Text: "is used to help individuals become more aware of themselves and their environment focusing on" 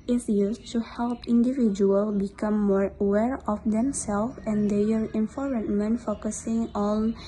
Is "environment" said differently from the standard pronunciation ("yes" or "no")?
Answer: yes